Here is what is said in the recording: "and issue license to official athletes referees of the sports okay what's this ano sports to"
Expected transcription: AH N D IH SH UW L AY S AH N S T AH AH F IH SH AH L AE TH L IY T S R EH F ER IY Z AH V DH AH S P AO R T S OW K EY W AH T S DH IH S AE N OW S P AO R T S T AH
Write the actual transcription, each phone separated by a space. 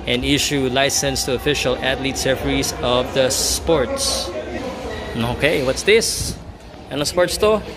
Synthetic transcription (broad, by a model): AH N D IH SH UW L AY S AH N S T AH AH F IH SH AH L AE T L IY T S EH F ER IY S AH V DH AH S P AO R T S OW K EY W AH T S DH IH S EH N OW S P AO R T S T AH